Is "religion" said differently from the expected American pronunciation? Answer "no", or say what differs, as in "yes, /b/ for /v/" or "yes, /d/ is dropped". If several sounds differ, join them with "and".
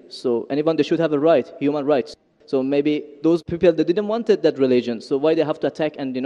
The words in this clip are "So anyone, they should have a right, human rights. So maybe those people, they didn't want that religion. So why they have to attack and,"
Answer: no